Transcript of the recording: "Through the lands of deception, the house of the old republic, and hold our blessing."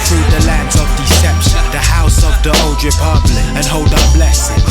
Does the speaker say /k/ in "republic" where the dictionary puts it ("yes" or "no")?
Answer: no